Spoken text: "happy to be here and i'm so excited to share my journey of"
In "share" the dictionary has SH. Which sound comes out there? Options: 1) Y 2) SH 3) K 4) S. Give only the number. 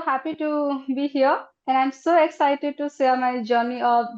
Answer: 4